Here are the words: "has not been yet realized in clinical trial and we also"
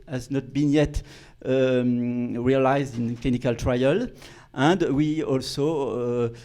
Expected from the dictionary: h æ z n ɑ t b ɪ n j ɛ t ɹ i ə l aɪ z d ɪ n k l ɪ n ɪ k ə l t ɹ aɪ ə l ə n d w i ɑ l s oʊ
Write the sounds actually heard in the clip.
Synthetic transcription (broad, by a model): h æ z n ɑ t b ɪ n j ɛ t ɹ i ə l aɪ z d ɪ n k l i n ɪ k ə l t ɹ aɪ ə l ə n d w i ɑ l s oʊ